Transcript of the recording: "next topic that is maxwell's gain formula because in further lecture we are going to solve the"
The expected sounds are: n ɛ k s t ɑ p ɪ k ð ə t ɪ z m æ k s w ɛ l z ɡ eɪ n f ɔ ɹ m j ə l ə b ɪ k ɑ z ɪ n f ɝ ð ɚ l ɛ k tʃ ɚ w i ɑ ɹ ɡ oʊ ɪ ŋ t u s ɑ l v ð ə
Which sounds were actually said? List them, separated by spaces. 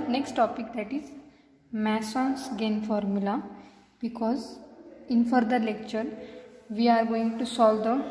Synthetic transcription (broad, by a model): n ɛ k s t ɑ p ɪ k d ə t ɪ z m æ s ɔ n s ɡ eɪ n f ɔ ɹ m j ə l ə b ɪ k ɑ z ɪ n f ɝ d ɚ l ɛ k tʃ ɚ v i ɑ ɹ ɡ oʊ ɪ ŋ t u s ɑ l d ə